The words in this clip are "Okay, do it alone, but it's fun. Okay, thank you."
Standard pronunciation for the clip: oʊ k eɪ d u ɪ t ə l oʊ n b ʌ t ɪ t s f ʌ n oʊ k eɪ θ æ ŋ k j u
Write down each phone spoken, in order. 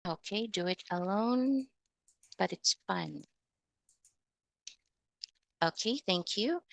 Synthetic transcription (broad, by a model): oʊ k eɪ d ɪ ɪ t ə l oʊ n b ʌ t ɪ t s f ʌ n oʊ k eɪ θ æ ŋ k j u